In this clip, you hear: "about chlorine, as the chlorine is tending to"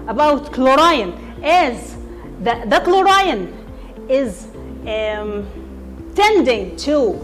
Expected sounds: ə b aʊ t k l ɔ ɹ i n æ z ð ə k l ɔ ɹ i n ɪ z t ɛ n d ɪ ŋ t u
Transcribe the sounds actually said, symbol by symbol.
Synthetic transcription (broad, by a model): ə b aʊ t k l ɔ ɹ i n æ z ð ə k l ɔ ɹ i n ɪ z t ɛ n d ɪ ŋ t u